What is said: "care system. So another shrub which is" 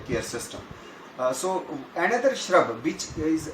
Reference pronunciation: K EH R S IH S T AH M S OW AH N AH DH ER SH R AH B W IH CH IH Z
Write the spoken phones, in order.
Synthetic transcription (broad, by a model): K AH R S IH S T AH M S OW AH N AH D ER SH R AH B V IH CH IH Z